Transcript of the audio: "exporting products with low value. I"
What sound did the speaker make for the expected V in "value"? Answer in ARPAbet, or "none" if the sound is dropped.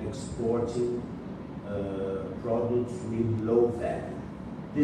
F